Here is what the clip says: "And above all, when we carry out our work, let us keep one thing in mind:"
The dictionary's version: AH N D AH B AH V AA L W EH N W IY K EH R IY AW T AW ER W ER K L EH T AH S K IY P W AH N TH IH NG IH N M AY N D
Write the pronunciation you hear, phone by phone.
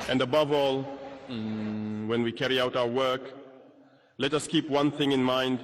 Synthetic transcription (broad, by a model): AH N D AH B AH V AA L W EH N W IY K EH R IY AW T AW ER W ER K L EH T AH S K IY P W AH N TH IH NG IH N M AY N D